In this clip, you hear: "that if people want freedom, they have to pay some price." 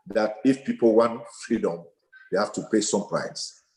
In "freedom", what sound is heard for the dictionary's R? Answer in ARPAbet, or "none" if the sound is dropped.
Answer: R